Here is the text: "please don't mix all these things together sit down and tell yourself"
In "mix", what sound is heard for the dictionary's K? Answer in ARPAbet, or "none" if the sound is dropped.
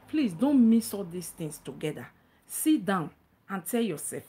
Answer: none